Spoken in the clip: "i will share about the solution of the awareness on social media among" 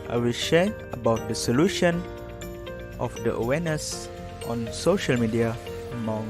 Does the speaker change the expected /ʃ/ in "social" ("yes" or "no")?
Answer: no